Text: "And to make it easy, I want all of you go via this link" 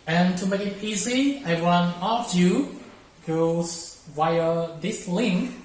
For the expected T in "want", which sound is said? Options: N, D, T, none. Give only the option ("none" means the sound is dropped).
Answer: none